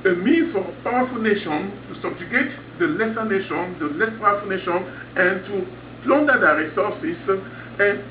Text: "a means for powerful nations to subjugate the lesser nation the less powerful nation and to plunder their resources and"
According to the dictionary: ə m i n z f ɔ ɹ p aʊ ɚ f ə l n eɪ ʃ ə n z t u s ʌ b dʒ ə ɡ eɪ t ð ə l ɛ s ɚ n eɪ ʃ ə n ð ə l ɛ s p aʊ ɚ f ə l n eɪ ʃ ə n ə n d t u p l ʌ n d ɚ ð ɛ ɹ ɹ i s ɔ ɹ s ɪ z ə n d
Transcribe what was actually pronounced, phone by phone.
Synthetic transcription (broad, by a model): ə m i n f ɔ ɹ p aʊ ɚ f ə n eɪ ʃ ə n t u s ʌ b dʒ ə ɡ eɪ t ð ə l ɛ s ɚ n eɪ ʃ ə n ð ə l ɛ s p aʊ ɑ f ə n eɪ ʃ ə n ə n t u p l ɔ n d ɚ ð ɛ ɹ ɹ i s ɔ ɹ s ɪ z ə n